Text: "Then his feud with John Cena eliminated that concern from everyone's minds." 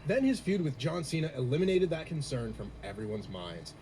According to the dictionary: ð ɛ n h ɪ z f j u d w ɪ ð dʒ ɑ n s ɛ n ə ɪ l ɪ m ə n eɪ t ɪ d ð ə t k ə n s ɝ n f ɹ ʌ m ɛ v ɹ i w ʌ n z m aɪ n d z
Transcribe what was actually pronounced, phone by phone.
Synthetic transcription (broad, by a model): ð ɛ n ɪ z f j u d w ɪ ð dʒ ɑ n s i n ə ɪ l ɪ m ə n eɪ t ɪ d ð ə t k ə n s ɝ n f ɹ ʌ m ɛ v ɹ i w ʌ n z m aɪ n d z